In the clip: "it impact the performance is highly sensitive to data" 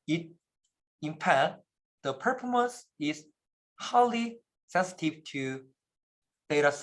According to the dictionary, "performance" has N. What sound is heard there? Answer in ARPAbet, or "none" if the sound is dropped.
none